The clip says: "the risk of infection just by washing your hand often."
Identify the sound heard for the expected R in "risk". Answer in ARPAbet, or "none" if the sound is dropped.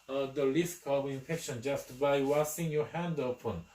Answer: L